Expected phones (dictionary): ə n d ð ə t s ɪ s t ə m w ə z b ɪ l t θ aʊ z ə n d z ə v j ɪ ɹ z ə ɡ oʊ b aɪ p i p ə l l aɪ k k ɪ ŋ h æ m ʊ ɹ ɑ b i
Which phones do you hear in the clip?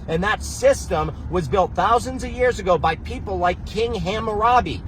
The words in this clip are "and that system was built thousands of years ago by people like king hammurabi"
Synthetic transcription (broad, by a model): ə n ð ə t s ɪ s t ə m w ə z b ɪ l t θ aʊ z ə n d z ə v j ɪ ɹ z ə ɡ oʊ b aɪ p i p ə l l aɪ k k ɪ ŋ h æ m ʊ ɹ ɑ b i